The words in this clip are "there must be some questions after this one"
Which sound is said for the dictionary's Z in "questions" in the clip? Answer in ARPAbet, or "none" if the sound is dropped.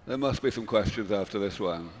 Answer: Z